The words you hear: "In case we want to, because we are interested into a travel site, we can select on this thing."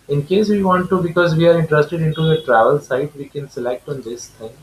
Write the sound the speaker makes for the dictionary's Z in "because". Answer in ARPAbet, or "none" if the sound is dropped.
Z